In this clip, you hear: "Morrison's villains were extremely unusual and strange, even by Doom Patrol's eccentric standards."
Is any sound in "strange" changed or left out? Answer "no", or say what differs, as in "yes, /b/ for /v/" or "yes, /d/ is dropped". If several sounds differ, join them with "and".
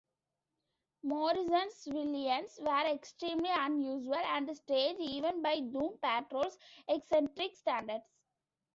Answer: yes, /ɹ/ is dropped and /n/ is dropped